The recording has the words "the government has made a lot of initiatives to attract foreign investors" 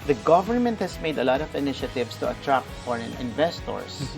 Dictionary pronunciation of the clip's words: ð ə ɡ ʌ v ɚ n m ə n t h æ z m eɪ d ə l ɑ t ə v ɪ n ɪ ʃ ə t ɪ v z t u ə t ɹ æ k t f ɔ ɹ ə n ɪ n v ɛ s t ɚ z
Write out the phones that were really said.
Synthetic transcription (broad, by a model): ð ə ɡ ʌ v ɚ n m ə n t h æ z m eɪ d ə l ɑ t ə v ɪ n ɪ ʃ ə t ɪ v s t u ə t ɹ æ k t f ɔ ɹ ə n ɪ n v ɛ s t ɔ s